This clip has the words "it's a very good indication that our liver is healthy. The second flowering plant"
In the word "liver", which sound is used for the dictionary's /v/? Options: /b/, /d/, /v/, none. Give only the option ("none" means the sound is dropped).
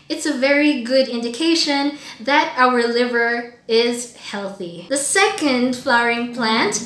/v/